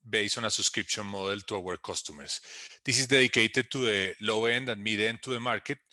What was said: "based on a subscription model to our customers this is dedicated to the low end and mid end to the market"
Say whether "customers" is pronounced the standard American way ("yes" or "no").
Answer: no